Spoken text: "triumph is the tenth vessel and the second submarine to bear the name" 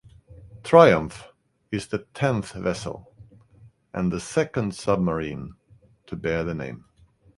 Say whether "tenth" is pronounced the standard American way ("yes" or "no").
yes